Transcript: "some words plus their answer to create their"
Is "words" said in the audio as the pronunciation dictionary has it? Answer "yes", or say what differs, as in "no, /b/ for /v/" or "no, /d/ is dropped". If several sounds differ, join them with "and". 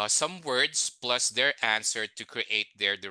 no, /s/ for /z/